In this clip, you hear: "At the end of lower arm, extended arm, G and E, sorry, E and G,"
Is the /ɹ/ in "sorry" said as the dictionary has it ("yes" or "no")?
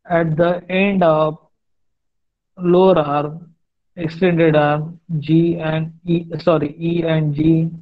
yes